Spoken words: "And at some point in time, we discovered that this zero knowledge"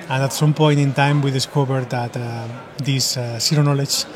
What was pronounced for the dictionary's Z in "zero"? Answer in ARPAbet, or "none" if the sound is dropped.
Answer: S